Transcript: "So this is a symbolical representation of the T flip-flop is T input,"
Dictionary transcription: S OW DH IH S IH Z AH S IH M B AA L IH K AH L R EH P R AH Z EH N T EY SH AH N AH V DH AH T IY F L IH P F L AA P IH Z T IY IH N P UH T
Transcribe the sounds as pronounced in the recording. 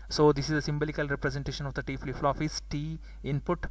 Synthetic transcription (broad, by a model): S OW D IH S IH Z AH S IH M B AA L IH K AH L R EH P R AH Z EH N T EY SH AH N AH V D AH T IY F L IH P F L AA F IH S T IY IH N P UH T